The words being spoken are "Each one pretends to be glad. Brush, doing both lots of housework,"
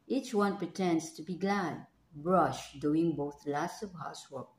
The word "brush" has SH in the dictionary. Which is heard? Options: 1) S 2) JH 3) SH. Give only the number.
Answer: 3